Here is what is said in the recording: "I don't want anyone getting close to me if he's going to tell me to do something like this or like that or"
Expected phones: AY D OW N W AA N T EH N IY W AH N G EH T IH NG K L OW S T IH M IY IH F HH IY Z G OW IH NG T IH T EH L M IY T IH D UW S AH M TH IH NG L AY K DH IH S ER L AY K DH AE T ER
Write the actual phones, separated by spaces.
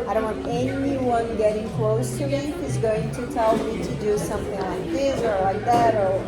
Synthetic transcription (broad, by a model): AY D OW N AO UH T EH N IY W AH N G EH T IH NG K L OW S T IH M IY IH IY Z G OW IH NG T IH T EH L M IY T IH D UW S AH M TH IH NG L AY K DH IH S ER L AY K DH AE T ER